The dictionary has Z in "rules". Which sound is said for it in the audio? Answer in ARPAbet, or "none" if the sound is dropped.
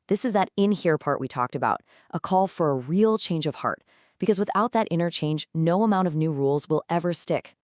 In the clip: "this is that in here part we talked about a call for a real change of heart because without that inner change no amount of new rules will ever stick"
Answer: Z